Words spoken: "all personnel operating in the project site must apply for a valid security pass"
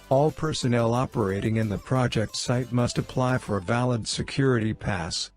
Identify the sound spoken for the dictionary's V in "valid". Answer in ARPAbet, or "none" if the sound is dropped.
V